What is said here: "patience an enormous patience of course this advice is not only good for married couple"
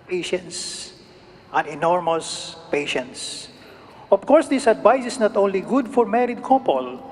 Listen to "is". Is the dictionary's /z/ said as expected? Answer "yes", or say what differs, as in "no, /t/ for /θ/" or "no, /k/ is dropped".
no, /s/ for /z/